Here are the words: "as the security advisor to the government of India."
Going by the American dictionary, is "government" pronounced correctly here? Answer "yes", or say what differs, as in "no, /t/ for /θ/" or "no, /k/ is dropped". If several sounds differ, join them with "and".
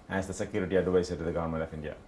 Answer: no, /t/ is dropped